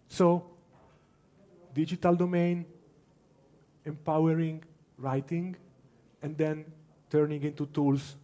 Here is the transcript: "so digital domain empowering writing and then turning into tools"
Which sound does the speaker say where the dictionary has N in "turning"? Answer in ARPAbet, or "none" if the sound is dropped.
N